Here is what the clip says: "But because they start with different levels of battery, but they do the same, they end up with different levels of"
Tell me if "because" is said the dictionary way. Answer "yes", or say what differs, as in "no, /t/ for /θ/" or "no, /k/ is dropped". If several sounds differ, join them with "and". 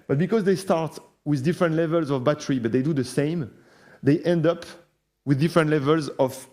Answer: yes